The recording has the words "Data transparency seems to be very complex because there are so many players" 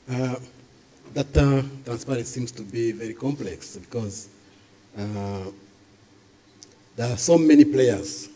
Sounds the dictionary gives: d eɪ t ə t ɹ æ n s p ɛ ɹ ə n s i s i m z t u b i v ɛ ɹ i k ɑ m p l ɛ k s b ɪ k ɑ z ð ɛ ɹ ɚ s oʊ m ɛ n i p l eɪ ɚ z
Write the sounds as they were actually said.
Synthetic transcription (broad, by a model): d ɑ t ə t ɹ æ n s p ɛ ɹ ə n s s i m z t u b i v ɛ ɹ i k ɑ m p l ɛ k s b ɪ k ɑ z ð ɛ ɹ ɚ s oʊ m ɛ n i p l eɪ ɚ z